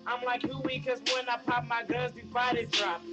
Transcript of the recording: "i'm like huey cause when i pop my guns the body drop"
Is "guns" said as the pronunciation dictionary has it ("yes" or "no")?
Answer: no